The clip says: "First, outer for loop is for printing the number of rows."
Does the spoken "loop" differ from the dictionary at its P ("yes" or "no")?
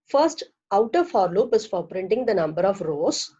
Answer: no